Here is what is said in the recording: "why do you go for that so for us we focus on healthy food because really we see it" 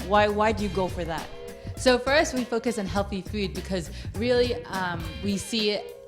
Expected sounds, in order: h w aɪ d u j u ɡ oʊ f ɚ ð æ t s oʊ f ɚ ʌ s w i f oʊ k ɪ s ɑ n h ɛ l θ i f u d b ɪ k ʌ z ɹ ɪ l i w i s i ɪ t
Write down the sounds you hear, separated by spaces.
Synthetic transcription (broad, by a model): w w aɪ d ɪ j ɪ ɡ oʊ f ɚ ð æ t s oʊ f ɚ ʌ s w i f oʊ k ɪ s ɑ n h ɛ l θ i f u d b ɪ k ʌ z ɹ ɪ l i w i s i ɪ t